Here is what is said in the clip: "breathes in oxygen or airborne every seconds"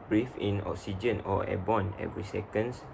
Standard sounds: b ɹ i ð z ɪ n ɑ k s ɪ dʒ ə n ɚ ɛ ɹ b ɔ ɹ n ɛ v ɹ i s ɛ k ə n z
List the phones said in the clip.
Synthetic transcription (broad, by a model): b ɹ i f ɪ n ɑ k s ɪ dʒ ə n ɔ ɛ b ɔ n ɛ v ɹ i s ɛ k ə n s